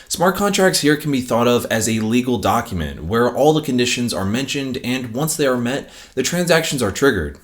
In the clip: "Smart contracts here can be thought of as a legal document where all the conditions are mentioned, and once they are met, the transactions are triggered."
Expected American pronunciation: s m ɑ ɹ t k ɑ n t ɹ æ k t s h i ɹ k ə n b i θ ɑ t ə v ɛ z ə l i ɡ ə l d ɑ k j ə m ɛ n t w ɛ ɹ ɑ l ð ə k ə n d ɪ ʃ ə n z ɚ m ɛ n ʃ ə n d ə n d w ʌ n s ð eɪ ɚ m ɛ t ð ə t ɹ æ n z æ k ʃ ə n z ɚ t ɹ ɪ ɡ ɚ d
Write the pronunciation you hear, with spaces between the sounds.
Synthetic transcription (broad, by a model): s m ɑ ɹ t k ɑ n t ɹ æ k t s h i ɹ k n b i θ ɑ t ə v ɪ z ə l i ɡ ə l d ɑ k j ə m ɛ n t w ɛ ɹ ɑ l ð ə k ə n d ɪ ʃ ə n z ɚ m ɛ n ʃ ə n d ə n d w ʌ n s ð eɪ ɚ m ɛ t ð ə t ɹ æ n z æ k ʃ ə n z ɚ t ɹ ɪ ɡ ɚ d